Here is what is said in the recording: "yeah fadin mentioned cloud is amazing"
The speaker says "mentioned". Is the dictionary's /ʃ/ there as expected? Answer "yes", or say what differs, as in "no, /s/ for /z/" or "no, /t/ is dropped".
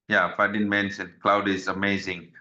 no, /s/ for /ʃ/